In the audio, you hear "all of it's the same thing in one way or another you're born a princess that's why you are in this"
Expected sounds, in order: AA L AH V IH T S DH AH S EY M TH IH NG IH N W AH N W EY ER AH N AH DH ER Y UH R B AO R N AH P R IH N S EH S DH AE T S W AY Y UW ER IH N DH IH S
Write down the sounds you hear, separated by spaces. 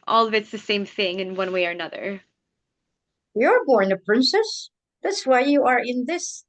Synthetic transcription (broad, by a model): AA L AH V IH T S DH AH S EY M TH IH NG IH N W AH N W EY ER AH N AH DH ER Y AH R B AO R N AH P R IH N S EH S DH AE T S W AY Y UW ER IH N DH IH S